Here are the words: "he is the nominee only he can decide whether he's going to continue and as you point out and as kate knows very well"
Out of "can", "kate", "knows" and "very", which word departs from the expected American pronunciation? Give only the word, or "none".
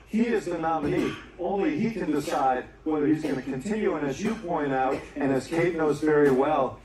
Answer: none